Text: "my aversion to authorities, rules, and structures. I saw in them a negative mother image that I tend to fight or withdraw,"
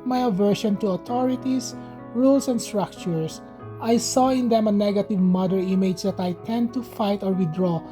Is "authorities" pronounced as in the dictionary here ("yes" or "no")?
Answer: no